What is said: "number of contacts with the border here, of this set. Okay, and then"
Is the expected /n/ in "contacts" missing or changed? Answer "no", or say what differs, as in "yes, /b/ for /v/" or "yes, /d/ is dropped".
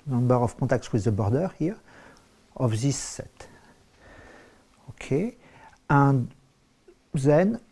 yes, /n/ is dropped